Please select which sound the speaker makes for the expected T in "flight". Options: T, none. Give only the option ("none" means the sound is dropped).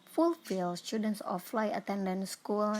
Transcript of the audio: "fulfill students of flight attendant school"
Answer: none